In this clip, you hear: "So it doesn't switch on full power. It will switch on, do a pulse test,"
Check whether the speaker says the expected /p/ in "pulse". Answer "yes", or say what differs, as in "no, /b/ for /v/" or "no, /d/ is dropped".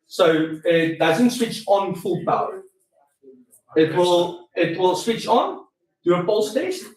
no, /f/ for /p/